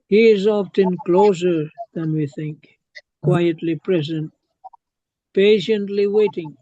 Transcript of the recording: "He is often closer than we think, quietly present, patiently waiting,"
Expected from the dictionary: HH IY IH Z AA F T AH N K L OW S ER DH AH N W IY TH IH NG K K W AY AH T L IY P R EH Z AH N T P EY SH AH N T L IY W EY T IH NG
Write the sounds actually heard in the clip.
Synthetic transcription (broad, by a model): HH IY IH Z AA F T AH N K L OW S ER DH AH N W IY TH IH NG K K W AY AH T L IY P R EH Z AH N T P EY SH AH N T L IY W EY T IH NG